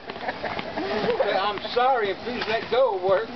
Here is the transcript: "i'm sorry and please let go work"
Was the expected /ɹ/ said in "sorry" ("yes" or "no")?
yes